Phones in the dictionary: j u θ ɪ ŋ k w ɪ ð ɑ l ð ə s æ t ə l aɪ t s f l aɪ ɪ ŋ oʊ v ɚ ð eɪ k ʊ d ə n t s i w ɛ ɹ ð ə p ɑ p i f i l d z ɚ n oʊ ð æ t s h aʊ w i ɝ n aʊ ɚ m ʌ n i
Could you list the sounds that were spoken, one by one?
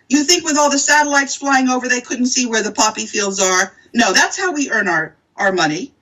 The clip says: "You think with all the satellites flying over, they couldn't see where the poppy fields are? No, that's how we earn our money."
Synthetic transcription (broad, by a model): j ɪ θ ɪ ŋ k w ɪ ð ɑ l ð ə s æ t ə l aɪ t s f l aɪ ɪ ŋ oʊ v ɚ ð eɪ k ʊ d n t s i w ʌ ɹ ð ə p ɑ p i f i l d z ɚ n oʊ ð æ t s h aʊ w i ɝ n aʊ ɚ m ʌ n i